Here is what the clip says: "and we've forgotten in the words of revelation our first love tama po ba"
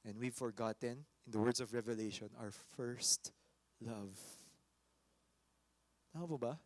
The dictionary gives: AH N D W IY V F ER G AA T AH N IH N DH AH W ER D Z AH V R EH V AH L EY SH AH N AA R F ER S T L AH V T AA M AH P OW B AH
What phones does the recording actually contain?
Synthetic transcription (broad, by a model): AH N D W IY V F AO G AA T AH N IH N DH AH W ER D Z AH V R EH V AH L EY SH AH N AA W F ER S T L AH V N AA AH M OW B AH